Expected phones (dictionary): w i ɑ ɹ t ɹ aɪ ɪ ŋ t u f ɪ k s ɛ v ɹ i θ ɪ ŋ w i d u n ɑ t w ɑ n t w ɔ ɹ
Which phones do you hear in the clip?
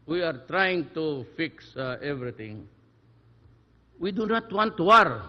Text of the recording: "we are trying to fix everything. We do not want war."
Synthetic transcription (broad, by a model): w i ɑ ɹ t ɹ aɪ ɪ ŋ t u f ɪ k s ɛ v ɹ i t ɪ ŋ w i d u n ɑ t w ɑ n t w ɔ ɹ